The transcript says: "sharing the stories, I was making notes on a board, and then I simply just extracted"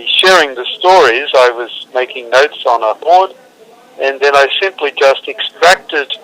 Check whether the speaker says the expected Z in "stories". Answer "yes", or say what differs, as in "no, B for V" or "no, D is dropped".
yes